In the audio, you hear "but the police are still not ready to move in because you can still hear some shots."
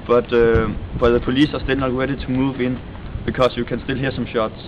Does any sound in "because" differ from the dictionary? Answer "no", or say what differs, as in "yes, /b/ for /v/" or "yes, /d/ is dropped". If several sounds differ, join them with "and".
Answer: yes, /s/ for /z/